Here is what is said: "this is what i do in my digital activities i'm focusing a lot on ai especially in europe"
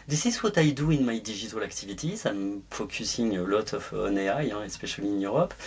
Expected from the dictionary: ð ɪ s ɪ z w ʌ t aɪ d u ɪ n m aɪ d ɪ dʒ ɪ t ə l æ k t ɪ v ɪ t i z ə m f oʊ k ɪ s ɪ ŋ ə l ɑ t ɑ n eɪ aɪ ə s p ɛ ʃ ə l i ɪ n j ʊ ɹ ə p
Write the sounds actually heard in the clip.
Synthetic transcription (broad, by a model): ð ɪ s ɪ z w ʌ t aɪ d u ɪ n m aɪ d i ʒ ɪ t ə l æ k t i v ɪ t i s ə m f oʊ k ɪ s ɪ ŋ ə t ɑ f ɑ n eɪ aɪ ə s p ɛ ʃ ə l i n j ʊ ɹ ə p